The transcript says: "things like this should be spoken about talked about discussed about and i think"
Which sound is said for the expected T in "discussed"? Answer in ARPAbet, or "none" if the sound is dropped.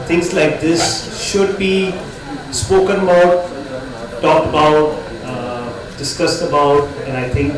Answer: T